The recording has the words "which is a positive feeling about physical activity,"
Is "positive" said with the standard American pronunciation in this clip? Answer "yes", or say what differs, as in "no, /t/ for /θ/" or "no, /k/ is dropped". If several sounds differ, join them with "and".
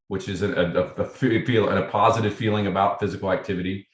yes